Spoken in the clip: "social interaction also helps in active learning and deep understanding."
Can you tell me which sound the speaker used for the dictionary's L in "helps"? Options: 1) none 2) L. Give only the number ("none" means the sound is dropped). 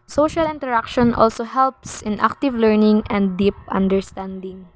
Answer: 2